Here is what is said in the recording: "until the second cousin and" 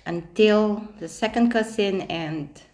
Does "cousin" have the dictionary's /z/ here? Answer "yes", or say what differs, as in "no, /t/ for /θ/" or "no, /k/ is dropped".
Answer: no, /s/ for /z/